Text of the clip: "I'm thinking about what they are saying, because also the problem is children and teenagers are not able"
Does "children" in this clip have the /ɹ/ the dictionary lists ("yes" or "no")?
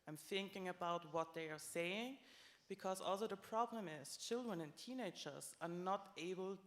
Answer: yes